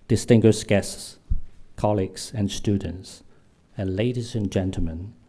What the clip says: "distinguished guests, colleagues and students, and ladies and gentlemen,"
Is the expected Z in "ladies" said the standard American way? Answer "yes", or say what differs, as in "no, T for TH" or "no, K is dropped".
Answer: yes